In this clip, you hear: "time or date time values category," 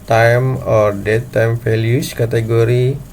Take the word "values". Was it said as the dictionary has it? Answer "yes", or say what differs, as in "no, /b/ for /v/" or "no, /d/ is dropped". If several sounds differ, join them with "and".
no, /f/ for /v/ and /s/ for /z/